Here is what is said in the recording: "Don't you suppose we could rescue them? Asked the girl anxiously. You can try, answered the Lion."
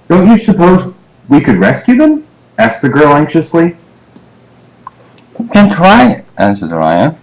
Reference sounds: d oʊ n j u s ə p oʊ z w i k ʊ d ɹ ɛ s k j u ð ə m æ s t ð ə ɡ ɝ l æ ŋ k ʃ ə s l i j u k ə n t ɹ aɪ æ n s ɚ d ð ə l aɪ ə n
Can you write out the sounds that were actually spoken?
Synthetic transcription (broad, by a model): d oʊ n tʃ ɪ s ə p oʊ z w i k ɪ d ɹ ɛ s k j u ð ə m æ s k ð ə ɡ ɝ l æ ŋ k ʃ ə s l i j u k ə n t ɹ aɪ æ n s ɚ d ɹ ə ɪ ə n